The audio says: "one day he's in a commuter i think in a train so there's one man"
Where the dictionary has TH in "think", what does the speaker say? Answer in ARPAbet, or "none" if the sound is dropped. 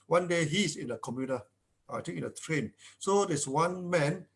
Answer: T